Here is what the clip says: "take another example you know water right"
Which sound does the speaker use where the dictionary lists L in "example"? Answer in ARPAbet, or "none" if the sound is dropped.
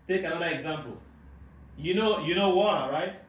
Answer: N